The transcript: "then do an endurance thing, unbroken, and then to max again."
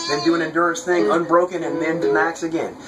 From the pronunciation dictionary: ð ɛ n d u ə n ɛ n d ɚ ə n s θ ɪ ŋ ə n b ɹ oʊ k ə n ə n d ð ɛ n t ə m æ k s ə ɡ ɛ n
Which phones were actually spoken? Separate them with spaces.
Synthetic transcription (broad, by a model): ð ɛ n d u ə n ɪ n d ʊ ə n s θ ɪ ŋ ə n b ɹ oʊ k ə n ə n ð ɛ n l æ k s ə ɡ ɛ n